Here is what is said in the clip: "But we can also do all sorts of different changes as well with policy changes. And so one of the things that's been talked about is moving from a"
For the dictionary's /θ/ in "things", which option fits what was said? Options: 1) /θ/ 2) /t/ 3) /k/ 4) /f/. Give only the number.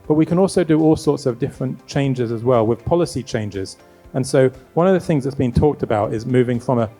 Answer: 1